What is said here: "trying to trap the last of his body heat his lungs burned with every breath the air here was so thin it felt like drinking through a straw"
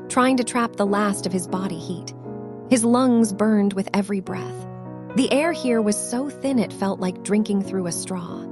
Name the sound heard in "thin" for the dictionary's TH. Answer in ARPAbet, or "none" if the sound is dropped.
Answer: TH